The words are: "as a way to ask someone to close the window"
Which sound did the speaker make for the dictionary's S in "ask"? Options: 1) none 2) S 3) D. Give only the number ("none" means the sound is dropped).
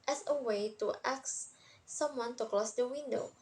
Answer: 1